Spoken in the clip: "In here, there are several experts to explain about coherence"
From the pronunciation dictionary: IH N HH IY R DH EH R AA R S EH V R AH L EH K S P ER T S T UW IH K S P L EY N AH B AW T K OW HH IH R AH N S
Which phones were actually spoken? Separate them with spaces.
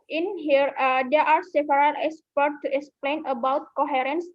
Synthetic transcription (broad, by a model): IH N HH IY R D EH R AA R S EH P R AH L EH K S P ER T T UW IH K S P L EY N AH B AW T K OW HH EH R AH N S